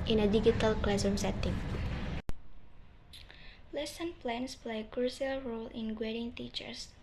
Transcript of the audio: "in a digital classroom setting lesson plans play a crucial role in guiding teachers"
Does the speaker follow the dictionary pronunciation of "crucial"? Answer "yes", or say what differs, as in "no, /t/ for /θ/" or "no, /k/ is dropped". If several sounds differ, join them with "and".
no, /s/ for /ʃ/